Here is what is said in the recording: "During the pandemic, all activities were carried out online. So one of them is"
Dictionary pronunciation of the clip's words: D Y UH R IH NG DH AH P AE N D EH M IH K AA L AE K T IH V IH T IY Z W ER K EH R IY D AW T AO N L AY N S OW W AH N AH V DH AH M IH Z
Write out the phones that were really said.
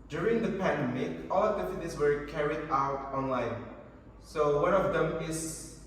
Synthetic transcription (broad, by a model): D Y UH R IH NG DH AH P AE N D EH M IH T AA L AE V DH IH F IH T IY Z W ER K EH R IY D AW T AO N L AY N S OW W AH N AH V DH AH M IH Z